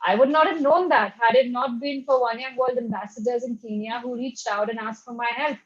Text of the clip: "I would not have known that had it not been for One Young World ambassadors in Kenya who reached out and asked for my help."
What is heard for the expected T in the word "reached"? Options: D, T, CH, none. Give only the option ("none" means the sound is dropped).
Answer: T